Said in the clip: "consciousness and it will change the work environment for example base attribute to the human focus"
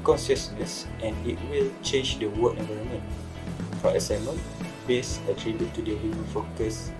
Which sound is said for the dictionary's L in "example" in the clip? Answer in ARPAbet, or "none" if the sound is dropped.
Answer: N